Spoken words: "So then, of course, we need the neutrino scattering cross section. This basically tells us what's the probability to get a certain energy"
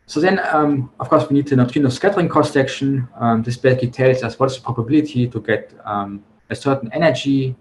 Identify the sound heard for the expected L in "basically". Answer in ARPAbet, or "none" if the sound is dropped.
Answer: none